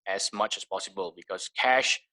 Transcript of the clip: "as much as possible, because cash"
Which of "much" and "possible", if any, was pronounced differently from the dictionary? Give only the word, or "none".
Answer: none